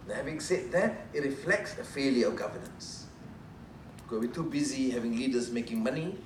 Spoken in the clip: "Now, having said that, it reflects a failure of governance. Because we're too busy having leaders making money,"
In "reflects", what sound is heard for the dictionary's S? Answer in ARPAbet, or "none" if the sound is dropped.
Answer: S